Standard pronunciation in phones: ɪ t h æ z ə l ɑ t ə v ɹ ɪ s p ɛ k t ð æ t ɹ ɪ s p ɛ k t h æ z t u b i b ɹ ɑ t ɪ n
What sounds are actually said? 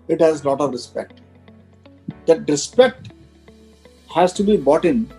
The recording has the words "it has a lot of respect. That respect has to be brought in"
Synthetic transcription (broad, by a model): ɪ t h æ z l ɑ t ə v ɹ ɪ s p ɛ k t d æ t ɹ ɪ s p ɛ k t h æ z t u b i b ɑ t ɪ n